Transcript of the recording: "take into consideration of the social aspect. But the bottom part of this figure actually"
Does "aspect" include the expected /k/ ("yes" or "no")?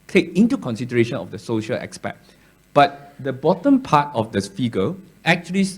no